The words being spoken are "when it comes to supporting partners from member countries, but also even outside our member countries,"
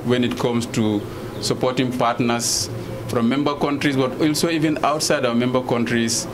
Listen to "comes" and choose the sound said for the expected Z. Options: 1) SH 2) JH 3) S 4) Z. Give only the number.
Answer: 3